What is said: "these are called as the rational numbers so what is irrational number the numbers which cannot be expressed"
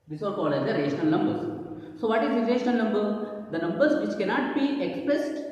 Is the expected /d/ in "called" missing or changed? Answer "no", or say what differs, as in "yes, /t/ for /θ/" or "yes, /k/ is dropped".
yes, /d/ is dropped